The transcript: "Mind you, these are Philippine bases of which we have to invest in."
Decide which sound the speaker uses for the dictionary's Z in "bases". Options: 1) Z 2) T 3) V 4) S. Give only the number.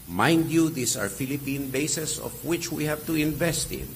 4